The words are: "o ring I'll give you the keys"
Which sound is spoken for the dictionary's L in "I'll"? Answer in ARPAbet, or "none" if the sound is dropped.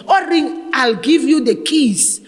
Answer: L